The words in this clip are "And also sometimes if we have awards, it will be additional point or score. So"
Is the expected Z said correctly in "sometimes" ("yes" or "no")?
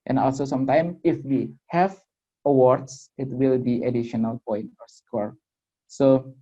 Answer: no